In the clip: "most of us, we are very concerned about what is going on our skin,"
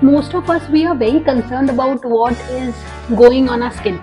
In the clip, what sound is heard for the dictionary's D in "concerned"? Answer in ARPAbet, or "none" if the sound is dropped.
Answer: D